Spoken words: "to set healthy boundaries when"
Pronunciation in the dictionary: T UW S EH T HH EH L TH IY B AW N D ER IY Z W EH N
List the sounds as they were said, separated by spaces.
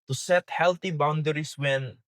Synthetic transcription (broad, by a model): T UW S EH T HH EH L T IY B AW N D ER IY S W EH N